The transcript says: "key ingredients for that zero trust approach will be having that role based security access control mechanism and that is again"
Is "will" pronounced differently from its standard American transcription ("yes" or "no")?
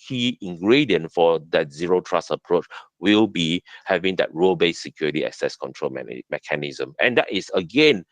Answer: no